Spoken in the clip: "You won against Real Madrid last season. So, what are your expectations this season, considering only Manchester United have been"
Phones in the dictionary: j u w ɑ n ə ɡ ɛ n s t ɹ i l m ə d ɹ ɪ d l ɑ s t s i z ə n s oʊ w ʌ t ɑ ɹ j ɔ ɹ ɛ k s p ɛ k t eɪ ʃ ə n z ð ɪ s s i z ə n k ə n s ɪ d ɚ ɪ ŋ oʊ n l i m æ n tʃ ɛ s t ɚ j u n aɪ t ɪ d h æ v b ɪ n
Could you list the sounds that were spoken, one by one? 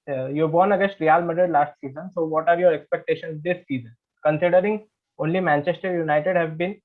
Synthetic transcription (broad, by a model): j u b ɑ n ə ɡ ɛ s t ɹ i l m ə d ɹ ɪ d l ɑ s t s i z ə n s oʊ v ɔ t ɑ ɹ j ɔ ɹ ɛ k s p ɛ k t eɪ ʃ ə n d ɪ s s i z ə n k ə n s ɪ d ɚ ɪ ŋ oʊ n l i m æ n tʃ ɛ s t ɚ j u n aɪ t ɪ d h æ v b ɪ n